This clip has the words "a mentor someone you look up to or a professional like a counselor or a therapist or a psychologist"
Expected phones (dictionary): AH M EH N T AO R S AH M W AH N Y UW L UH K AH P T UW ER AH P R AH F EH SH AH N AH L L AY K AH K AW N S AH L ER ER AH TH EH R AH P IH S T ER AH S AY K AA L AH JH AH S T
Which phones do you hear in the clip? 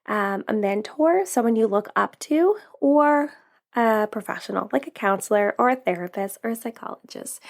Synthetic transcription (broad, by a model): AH M EH N T AO R S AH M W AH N Y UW L UH K AH P T UW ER AH P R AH F EH SH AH N L L AY K AH K AW N S L ER ER AH TH EH R AH P IH S T ER AH S AY K AA L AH JH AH S T